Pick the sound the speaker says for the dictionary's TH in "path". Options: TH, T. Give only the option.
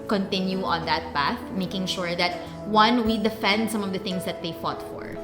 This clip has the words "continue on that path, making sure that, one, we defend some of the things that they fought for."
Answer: TH